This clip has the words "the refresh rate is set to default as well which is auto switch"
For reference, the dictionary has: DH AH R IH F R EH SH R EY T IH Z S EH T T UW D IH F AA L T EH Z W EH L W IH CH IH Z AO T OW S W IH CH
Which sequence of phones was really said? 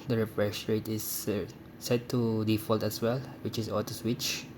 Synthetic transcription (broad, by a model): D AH R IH F R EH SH R EY T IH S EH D T UW D IH F AA L T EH S W EH L W IH CH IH S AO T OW S W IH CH